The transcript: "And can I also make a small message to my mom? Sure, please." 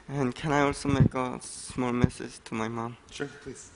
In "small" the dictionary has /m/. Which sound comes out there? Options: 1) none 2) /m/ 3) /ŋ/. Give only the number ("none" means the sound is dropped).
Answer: 2